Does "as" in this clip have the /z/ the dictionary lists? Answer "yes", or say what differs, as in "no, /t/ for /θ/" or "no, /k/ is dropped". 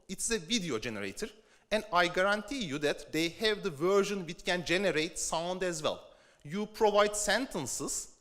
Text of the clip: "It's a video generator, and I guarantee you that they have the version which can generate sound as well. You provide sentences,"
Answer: yes